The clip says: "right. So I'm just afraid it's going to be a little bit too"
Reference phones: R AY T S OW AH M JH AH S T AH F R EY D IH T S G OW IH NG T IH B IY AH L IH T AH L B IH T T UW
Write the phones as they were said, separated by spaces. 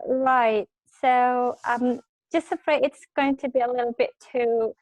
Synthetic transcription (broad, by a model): R AY T S OW AH M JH AH S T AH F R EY IH T S G OW IH NG T IH B IY AH L IH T L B IH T T UW